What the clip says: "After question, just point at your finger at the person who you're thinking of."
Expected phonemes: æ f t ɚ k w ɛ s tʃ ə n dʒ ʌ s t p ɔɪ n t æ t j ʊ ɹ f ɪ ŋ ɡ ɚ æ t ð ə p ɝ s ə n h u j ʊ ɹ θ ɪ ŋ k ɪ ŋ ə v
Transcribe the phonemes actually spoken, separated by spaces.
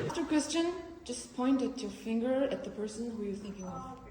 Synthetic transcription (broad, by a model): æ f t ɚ k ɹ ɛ s tʃ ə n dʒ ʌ s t p ɔɪ n t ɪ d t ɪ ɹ f ɪ ŋ ɡ ɚ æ t ð ə p ɝ s ə n h u j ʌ ɹ θ ɪ ŋ k ɪ ŋ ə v